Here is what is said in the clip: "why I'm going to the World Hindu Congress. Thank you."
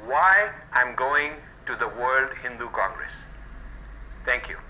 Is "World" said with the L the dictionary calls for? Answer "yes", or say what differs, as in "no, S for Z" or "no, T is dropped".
yes